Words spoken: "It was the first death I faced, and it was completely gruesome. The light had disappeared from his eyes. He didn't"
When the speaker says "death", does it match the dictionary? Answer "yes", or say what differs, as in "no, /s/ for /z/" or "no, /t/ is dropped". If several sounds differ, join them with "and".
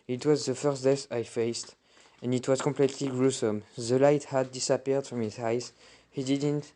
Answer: no, /s/ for /θ/